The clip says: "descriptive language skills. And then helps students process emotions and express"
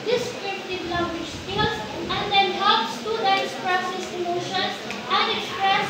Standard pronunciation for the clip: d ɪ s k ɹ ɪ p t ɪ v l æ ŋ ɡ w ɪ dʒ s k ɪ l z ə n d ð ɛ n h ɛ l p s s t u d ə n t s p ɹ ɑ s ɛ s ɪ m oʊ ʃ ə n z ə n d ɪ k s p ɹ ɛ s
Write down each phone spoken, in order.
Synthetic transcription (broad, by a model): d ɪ s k ɹ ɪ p t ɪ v l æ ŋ ɡ w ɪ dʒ s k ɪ l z ə n d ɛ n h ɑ p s s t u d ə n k s p ɹ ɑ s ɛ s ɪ m oʊ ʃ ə n s ə n d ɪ k s p ɹ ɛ s